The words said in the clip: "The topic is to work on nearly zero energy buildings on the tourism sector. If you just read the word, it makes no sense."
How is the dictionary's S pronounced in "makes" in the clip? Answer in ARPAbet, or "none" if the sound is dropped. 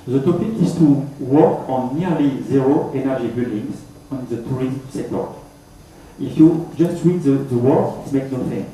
none